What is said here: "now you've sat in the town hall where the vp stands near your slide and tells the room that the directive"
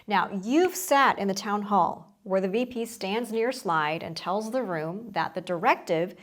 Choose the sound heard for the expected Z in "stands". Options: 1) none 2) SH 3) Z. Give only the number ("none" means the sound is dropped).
3